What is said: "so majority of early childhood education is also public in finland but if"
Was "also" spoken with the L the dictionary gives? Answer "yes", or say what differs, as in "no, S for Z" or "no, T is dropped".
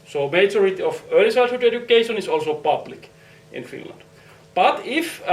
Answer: yes